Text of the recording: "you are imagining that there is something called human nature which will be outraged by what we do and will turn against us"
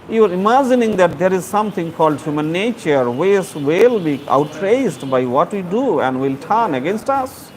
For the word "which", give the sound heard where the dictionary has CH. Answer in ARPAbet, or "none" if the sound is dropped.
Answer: S